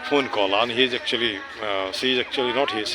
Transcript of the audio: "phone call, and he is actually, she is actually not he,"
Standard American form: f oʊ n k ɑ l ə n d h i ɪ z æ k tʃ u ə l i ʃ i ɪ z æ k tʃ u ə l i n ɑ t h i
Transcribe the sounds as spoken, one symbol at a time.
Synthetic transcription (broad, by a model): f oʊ n k ɑ l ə n h i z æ k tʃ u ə l i s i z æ k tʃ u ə l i n ɑ t h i